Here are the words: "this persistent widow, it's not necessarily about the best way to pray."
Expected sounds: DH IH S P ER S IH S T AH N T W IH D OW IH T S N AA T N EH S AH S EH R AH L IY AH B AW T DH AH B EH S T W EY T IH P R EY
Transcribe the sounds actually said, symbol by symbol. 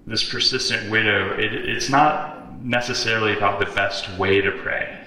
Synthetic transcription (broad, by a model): DH IH S P ER S IH S T AH N T W IH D OW IH T S N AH T N EH S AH S EH R L IY AH B AW T DH AH B EH S T W EY T IH P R EY